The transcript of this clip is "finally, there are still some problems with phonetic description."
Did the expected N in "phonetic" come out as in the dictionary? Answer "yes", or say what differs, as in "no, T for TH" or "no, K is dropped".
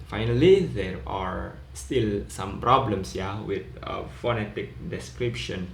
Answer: yes